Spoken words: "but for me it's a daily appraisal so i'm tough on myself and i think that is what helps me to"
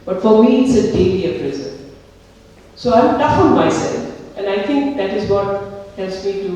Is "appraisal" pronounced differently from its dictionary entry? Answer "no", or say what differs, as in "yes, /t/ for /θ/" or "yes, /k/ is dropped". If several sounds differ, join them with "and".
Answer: yes, /n/ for /l/